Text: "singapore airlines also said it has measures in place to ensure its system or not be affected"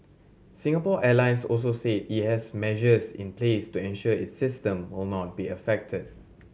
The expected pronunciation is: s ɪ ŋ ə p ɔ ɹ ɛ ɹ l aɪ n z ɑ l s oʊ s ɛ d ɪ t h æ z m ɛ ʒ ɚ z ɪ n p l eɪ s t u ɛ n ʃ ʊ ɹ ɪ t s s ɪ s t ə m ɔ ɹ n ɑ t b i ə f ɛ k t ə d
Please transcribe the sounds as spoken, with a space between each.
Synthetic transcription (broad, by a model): s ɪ ŋ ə p ɔ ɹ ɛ l aɪ n s ɑ l s oʊ s ɛ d ɪ t h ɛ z m ɛ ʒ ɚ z ɪ n p l eɪ s t u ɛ n ʃ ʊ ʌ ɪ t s s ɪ s t ə m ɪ l n ɑ t b i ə f ɛ k t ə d